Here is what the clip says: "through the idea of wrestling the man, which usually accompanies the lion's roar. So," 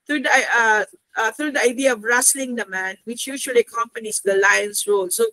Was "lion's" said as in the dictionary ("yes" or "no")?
no